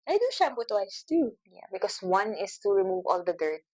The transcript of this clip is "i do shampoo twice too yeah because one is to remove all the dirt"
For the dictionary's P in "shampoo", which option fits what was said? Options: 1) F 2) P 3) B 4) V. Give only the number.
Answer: 3